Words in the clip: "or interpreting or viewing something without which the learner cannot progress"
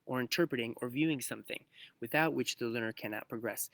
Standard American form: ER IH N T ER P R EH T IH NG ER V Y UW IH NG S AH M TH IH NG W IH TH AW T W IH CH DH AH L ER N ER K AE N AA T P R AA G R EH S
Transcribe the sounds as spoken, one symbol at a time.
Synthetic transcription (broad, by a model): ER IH N T ER P R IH T IH NG ER V Y UW IH NG S AH M TH IH NG W IH TH AW T W IH CH DH AH L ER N ER K AE N AA T P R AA G R EH S